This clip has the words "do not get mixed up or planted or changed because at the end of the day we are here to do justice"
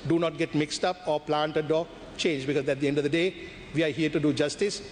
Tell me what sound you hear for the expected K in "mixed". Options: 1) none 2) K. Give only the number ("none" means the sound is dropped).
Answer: 2